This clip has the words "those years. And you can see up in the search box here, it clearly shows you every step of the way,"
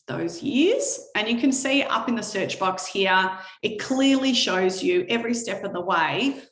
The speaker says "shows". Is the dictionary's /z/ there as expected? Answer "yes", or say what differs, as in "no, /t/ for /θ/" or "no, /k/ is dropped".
yes